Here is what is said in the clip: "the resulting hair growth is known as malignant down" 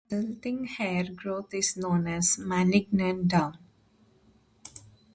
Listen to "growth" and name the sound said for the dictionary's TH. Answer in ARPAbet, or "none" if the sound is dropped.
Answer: T